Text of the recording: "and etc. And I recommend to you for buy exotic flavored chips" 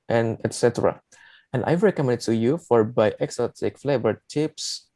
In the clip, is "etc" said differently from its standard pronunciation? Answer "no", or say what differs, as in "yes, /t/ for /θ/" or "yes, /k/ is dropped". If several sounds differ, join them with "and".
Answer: no